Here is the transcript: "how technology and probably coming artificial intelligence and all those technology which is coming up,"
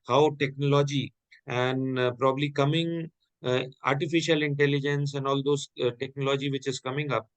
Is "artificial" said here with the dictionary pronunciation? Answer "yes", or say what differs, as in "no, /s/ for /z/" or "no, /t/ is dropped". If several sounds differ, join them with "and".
yes